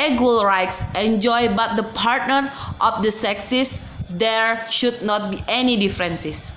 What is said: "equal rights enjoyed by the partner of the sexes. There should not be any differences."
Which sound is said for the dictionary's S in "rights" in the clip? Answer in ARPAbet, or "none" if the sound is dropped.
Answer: S